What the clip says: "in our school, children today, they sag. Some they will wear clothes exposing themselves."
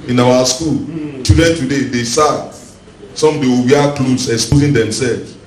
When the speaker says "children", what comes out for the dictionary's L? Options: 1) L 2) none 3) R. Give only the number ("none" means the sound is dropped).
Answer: 2